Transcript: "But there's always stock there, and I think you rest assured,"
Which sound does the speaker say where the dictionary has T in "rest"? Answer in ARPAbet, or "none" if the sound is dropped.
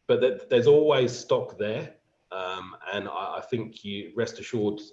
T